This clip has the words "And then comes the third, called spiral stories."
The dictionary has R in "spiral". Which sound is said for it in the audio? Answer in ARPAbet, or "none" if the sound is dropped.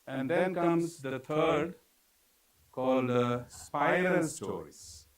none